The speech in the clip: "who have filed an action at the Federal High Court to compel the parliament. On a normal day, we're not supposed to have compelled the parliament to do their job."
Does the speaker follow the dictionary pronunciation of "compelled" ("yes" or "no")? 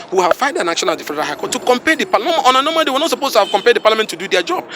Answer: no